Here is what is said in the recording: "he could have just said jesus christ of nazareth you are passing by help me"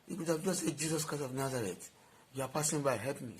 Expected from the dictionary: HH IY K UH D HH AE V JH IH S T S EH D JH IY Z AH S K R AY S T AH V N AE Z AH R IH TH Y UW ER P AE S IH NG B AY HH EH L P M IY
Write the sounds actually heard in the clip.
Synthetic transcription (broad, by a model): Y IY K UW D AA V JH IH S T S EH JH IY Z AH S K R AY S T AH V N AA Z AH R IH T Y UW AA P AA S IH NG B AY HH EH P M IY